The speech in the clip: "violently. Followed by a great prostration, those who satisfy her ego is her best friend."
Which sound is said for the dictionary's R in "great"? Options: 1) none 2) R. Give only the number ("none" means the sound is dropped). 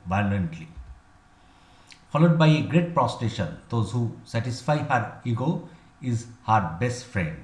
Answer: 2